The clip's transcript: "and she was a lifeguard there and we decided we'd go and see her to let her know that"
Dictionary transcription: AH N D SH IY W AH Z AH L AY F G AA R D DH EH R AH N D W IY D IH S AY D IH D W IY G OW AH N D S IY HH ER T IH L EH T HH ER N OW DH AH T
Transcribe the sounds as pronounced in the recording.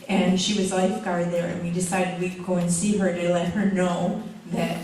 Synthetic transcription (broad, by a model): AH N SH IY W AH Z L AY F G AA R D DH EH R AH N W IY D IH S AY D IH D W IY G OW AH N S IY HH ER T IH L EH T HH ER N OW DH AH T